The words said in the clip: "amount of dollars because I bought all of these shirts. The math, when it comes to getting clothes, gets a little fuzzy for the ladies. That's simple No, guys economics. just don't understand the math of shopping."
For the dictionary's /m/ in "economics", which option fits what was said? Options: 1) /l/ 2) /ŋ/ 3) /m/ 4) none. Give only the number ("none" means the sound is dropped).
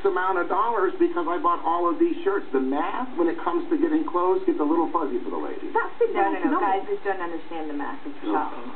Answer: 4